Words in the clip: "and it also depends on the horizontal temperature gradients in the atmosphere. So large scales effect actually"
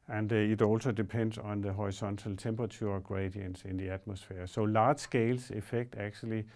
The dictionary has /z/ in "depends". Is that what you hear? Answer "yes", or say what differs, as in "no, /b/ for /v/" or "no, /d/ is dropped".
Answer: no, /s/ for /z/